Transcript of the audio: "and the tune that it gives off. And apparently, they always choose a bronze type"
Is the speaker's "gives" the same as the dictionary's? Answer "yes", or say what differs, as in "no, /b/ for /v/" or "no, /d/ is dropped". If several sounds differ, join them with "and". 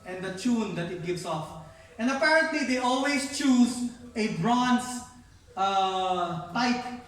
no, /s/ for /z/